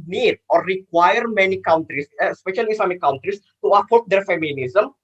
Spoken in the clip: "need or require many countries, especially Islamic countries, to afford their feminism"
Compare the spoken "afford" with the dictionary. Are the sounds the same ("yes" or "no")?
no